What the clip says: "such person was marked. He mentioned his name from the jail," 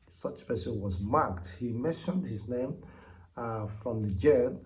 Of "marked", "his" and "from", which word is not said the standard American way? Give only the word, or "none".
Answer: none